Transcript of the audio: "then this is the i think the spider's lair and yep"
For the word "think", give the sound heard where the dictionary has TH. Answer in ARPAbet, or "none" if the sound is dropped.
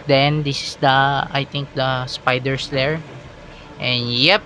T